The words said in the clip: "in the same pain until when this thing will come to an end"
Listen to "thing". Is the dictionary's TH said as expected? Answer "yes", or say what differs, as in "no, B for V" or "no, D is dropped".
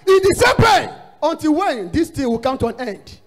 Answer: no, T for TH